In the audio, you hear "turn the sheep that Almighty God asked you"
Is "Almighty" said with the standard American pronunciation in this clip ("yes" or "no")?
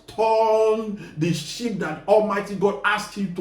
yes